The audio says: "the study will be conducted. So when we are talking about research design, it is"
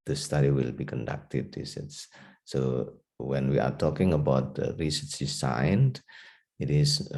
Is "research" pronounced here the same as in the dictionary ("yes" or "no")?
no